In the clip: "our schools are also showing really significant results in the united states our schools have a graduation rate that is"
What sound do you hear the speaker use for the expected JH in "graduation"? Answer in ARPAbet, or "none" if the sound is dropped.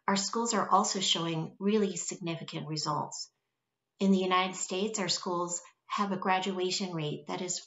JH